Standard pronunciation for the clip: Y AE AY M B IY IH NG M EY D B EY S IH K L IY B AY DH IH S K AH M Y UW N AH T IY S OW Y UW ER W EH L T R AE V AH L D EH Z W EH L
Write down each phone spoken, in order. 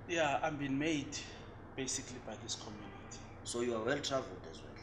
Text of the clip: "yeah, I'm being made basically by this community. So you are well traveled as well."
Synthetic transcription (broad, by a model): Y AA AY M B IY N M EY D B EY S IH K L IY B AY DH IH S K AH M Y UW N AH T IY S OW Y UW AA W EH L T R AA V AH L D EH Z W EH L